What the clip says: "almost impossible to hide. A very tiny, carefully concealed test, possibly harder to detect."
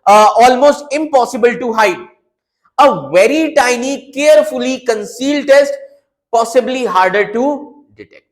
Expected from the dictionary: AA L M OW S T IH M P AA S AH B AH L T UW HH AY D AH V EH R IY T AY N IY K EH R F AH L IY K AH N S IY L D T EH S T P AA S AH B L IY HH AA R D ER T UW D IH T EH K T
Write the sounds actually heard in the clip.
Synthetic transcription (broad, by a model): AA L M OW S T IH M P AA S AH B AH L T UW HH AY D AH V EH R IY T AY N IY K EH R F AH L IY K AH N S IY L D T EH S T P AA S AH B L IY HH AA R D ER T UW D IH T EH K T